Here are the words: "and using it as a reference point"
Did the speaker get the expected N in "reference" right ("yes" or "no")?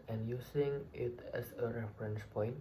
yes